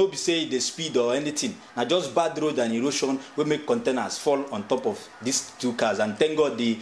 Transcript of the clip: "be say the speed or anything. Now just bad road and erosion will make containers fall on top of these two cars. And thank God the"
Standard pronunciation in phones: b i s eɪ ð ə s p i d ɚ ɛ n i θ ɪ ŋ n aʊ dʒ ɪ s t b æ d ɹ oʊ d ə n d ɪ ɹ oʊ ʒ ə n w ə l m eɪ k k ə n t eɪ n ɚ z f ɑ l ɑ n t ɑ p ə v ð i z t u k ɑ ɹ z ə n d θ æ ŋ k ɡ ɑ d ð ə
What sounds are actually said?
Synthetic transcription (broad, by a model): b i s eɪ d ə s p i d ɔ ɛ n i t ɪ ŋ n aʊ dʒ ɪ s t b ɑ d ɹ oʊ d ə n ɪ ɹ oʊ ʃ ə n w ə m eɪ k k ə n t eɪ n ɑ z f ɑ l ɑ n t ɑ p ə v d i s t u k ɑ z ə n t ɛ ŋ ɡ ɑ d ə